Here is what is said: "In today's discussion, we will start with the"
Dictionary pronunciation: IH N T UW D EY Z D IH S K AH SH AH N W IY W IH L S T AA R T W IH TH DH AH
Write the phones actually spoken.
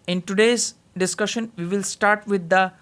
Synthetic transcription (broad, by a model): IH N T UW D EY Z D IH S K AH SH AH N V IY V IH L S T AA R T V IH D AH